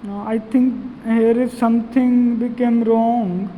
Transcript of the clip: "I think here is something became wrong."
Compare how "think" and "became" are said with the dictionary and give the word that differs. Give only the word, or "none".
think